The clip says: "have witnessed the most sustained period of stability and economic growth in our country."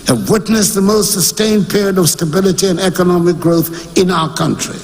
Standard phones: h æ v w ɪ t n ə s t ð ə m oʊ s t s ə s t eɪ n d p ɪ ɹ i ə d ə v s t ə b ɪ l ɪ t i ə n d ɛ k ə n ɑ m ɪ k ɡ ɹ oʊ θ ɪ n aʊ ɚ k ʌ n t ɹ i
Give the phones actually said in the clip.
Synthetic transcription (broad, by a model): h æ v w ɪ t n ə s ð ə m oʊ s t s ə s t eɪ n p ɪ ɹ i ə d ə v s t ə b ɪ l ɪ t i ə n ɛ k ə n ɑ m ɪ k ɡ ɹ oʊ θ ɪ n aʊ ɚ k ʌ n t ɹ i